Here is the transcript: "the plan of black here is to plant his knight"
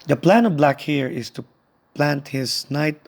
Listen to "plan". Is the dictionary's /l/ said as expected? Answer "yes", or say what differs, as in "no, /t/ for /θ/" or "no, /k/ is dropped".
yes